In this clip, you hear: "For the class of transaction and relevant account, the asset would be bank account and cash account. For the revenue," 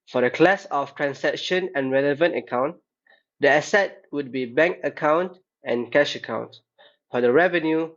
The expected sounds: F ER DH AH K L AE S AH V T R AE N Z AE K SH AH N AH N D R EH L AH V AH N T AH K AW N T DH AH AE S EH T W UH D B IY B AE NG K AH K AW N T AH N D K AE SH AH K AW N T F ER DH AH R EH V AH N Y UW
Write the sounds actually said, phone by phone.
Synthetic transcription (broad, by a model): F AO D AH K L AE S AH F T R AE N S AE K SH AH N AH N R EH L AH V AH N T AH K AW N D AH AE S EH T W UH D B IY B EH NG K AH K AW N T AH N K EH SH AH K AW N T F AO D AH R EH V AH N Y UW